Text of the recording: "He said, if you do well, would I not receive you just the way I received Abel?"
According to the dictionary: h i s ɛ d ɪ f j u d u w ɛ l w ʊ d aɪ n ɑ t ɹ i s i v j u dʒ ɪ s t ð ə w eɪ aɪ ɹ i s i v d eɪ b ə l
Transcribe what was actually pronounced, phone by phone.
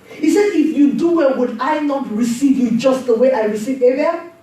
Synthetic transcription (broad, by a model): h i s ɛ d ɪ f j u d u w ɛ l w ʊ d aɪ n ɑ t ɹ i s i v j u dʒ ɪ s t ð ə w eɪ aɪ ɹ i s i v eɪ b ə